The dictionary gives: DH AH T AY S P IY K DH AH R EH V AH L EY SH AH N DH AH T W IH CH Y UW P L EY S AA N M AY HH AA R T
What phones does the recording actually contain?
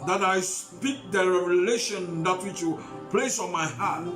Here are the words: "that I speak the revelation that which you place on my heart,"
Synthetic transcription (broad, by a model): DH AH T AY S P IY K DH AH R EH AH L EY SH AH N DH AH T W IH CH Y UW P L EY S AA N M AY HH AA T